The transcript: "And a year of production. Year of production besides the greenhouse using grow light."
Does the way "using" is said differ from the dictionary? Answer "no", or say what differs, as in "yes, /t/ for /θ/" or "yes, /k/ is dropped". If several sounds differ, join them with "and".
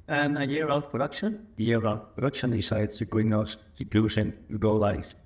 yes, /s/ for /z/